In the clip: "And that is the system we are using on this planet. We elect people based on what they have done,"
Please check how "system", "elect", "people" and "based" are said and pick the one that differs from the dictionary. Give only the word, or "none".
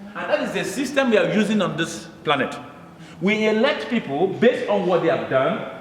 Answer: none